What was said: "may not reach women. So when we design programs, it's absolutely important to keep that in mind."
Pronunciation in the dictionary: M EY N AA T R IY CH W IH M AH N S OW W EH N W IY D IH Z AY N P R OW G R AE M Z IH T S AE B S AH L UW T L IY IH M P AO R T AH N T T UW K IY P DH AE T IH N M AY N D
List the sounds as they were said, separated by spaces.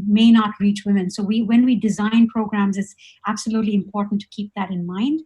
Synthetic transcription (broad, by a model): M EY N AA T R IY CH W IH M AH N S OW W EH N W IY D IH Z AY N P R OW G R AE M Z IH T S AE B S AH L UW T L IY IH M P AO R T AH N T T UW K IY P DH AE T IH N M AY N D